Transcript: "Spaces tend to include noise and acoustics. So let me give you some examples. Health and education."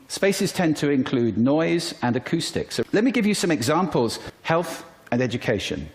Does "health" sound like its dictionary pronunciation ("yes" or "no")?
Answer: yes